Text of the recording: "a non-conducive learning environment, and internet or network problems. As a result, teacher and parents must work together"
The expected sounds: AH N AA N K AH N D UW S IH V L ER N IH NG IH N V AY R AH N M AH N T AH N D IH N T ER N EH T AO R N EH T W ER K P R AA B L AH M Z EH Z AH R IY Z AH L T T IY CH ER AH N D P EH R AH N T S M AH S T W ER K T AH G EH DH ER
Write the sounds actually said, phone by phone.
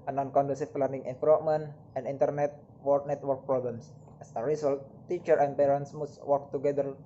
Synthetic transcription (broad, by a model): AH N AA N K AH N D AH S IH P L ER N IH NG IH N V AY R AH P M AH N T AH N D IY N T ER N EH T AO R N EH T W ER K P R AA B L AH M S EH S AH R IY S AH L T T IY CH ER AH N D P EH R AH N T S M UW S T W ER K T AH G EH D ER